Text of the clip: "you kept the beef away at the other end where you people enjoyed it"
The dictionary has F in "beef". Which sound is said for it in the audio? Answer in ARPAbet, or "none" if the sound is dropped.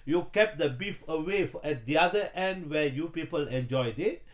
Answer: F